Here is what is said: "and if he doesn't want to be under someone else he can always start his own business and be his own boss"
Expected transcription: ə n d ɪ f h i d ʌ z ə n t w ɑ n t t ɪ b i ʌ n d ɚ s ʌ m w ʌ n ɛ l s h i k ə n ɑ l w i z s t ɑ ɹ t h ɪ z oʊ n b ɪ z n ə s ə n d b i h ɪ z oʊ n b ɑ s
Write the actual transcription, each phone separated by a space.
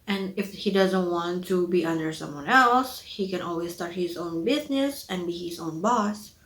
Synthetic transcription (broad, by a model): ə n ɪ f h i d ʌ z ə n t w ɑ n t t ɪ b i ʌ n d ɚ s ʌ m w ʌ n ɛ l s h i k ə n ɑ l w i z s t ɑ ɹ t h ɪ z oʊ n b ɪ z n ə s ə n b i h ɪ z oʊ n b ɑ s